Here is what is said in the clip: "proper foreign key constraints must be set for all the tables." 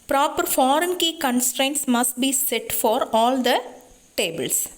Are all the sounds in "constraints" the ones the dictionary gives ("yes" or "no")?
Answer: yes